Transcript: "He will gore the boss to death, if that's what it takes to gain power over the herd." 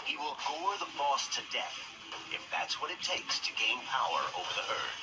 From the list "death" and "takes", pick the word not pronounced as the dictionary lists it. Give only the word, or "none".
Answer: none